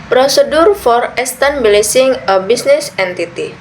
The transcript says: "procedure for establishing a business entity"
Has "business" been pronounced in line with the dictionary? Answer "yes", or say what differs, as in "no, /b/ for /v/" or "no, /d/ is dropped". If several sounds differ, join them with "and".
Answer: no, /s/ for /z/